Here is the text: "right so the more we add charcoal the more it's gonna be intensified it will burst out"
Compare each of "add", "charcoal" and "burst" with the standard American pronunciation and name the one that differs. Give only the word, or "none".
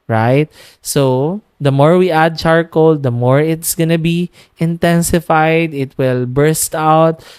none